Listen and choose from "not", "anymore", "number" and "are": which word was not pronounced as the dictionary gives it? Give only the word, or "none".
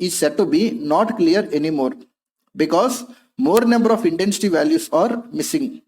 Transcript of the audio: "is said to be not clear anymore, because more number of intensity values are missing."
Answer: none